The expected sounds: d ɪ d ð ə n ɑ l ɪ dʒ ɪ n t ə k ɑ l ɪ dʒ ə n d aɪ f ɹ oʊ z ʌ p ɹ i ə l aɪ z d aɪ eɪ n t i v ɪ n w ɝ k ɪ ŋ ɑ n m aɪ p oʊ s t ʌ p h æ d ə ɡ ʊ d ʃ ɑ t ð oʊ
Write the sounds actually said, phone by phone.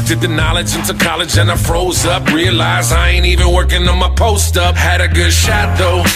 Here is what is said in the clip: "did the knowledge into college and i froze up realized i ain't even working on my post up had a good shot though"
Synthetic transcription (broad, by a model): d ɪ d ð ə n ɑ l ɪ dʒ ɪ n t ə k ɑ l ɪ dʒ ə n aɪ f ɹ oʊ z ʌ p ɹ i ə l aɪ z aɪ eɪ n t i v ɪ n w ɝ k ɪ ŋ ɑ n m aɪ p oʊ s t ʌ p h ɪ d ə ɡ ʊ d ʃ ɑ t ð oʊ